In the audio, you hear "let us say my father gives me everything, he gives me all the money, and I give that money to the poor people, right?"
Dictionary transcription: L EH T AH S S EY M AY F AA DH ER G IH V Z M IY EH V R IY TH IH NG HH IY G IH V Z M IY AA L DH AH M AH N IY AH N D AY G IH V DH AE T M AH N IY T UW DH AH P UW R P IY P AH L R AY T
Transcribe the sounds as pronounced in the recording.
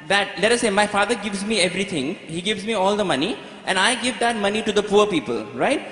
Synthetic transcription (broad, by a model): L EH T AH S S EY M AY F AA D ER G IH V Z M IY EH V R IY T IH NG HH IY G IH V Z M IY AA L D AH M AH N IY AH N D AY G IH V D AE T M AH N IY T UW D AH P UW R P IY P AH L R AY T